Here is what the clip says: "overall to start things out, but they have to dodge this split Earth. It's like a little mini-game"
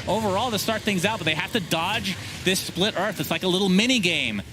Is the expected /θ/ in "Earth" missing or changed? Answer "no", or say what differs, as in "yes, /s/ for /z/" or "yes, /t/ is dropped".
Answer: no